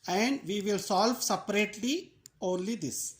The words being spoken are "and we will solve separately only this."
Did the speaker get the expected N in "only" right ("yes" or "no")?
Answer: yes